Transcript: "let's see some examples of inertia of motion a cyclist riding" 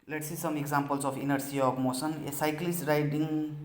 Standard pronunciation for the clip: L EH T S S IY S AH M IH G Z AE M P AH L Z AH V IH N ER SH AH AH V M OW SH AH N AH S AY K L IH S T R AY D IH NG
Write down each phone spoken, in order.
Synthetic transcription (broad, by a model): L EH T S S IY S AH M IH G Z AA M P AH L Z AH P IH N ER S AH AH P M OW S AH N S AY K L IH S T R AY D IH NG